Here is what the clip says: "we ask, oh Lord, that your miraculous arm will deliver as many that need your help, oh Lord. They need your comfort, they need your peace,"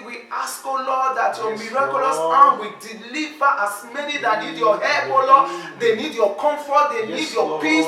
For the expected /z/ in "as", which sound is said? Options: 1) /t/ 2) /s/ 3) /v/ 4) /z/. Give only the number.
2